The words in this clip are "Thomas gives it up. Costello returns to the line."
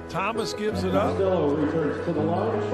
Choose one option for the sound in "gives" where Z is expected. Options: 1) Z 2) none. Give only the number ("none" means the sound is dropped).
1